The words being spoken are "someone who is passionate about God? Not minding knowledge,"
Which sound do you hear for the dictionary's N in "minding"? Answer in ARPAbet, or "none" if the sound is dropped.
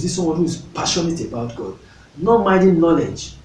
none